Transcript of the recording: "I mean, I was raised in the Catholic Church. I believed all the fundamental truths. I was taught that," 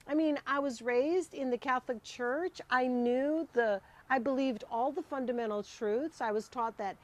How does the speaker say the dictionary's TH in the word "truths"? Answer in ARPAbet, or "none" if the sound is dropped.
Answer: TH